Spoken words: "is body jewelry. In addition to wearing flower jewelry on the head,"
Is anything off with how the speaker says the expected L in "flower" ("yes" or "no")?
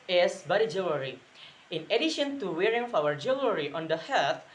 yes